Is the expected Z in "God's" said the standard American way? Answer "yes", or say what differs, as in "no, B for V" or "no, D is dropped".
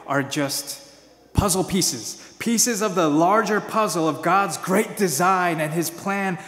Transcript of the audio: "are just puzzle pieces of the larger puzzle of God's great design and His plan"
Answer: yes